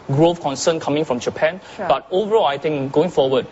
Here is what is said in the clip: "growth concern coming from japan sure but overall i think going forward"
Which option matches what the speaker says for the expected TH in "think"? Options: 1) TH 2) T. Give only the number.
2